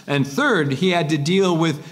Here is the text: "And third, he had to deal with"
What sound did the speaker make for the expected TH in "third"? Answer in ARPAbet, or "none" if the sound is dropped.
TH